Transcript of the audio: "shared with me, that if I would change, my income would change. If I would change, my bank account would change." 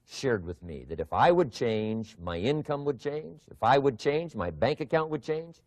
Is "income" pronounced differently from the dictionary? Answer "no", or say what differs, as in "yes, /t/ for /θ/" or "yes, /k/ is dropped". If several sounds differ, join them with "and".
no